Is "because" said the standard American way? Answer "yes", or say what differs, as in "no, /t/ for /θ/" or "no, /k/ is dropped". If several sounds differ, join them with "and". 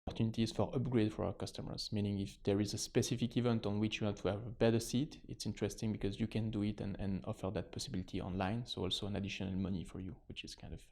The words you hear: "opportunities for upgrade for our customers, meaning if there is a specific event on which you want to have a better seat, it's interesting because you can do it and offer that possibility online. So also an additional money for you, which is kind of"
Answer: yes